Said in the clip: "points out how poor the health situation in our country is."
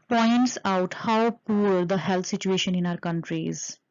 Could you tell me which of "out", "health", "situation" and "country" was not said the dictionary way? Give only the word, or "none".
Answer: health